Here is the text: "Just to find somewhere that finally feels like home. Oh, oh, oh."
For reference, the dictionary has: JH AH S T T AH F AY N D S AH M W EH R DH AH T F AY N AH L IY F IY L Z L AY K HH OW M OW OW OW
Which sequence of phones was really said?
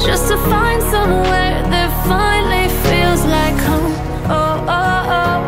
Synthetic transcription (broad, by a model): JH AH S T T AH F AY N D S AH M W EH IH DH AH T F AY N L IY F IY L Z L AY K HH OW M OW OW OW